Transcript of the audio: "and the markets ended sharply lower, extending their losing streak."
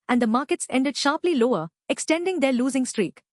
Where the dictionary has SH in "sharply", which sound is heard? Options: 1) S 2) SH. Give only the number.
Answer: 2